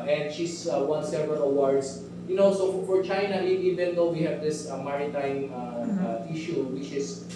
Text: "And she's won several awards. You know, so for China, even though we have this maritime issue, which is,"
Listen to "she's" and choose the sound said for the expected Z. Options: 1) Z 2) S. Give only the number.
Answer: 2